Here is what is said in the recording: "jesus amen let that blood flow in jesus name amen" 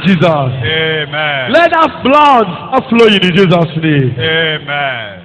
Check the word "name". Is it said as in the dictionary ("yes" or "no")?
no